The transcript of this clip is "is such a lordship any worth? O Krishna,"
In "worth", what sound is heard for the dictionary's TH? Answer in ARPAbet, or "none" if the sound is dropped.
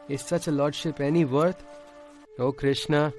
T